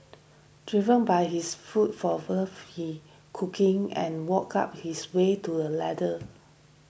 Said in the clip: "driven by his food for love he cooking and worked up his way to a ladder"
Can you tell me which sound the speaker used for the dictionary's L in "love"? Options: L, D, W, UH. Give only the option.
W